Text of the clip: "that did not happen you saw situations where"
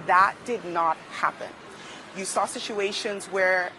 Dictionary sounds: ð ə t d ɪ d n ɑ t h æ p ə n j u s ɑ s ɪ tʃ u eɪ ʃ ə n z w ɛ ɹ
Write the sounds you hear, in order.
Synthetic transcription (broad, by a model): ð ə t d ɪ d n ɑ t h æ p ə n j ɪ s ɑ s ɪ tʃ u eɪ ʃ ə n z w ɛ ɹ